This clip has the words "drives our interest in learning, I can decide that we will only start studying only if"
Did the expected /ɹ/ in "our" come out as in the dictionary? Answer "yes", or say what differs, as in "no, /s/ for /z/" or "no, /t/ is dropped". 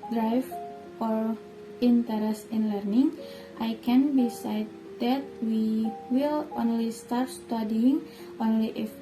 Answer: yes